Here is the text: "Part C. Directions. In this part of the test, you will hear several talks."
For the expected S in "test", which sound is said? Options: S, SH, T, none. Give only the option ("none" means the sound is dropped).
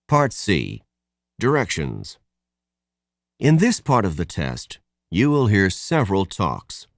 S